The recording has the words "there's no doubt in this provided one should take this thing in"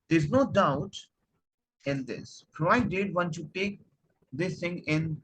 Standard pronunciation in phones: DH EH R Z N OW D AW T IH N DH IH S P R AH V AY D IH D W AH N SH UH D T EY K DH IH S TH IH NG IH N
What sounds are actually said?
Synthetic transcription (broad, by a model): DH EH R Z N OW D AW T IH N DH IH S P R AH IH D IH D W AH N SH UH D T EY K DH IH S T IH NG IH N